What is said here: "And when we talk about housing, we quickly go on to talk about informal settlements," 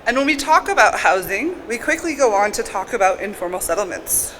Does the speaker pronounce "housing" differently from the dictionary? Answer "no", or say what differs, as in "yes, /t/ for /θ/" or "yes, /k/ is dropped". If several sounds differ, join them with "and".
no